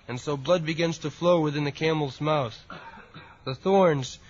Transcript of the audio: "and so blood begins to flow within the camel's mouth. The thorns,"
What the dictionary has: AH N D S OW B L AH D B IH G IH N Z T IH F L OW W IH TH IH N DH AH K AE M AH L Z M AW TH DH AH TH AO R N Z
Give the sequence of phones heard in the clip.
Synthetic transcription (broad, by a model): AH N S OW B L AH D B IH G IH N Z T IH F L OW W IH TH IH N DH AH K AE M L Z M AW TH DH AH TH AO R N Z